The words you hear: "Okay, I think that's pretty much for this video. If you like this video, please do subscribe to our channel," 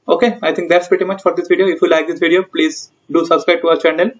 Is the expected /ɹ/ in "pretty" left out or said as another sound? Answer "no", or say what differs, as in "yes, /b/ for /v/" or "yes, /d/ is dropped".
no